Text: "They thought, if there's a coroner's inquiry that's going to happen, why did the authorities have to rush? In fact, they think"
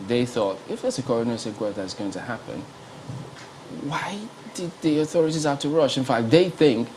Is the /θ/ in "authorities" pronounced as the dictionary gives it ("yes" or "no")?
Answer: yes